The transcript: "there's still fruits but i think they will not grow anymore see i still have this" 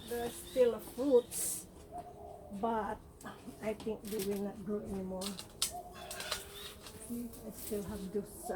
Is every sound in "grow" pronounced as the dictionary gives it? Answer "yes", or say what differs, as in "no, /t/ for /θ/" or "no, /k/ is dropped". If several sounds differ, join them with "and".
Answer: no, /ɹ/ is dropped